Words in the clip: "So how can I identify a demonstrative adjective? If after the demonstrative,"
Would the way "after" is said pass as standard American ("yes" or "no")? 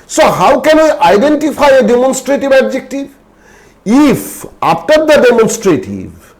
no